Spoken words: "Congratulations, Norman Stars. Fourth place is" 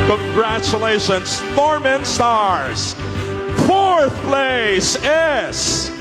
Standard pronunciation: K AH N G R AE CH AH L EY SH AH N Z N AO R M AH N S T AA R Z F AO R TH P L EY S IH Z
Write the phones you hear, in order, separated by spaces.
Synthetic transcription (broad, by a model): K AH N G R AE CH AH L EY SH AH N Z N AO R M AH N S T AA R Z F AO R TH P L EY S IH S